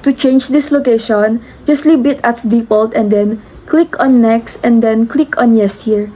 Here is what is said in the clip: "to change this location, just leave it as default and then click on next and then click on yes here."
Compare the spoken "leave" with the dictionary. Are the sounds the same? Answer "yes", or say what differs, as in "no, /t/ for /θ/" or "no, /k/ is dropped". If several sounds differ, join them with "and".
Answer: no, /b/ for /v/